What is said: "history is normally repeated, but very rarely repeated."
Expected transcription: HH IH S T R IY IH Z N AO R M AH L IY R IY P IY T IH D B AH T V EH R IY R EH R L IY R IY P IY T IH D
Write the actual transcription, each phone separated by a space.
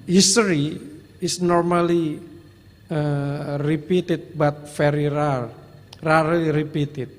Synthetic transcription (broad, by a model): HH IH S T R IY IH S N AO R M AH L IY R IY P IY T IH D B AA T F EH R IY R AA R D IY R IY P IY T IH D